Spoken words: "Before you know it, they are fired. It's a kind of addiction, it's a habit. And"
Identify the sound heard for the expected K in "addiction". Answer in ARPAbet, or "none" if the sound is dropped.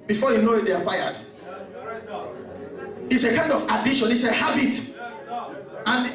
none